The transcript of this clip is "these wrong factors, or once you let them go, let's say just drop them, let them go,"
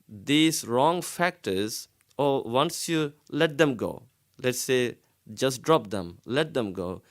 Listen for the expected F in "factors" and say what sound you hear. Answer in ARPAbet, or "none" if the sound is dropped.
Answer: F